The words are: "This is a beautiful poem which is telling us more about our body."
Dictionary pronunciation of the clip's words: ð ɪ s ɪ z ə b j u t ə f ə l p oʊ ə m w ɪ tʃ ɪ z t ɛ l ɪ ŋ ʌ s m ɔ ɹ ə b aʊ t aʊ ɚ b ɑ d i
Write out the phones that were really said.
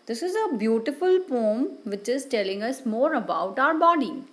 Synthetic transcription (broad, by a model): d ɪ s ɪ z ə b j u t ə f ə l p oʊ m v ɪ tʃ ɪ z t ɛ l ɪ ŋ ʌ s m ɔ ɹ ə b aʊ t aʊ ɚ b ɑ d i